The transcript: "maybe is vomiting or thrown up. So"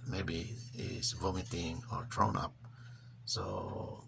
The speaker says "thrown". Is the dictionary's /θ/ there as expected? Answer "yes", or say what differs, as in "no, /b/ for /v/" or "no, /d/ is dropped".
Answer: no, /t/ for /θ/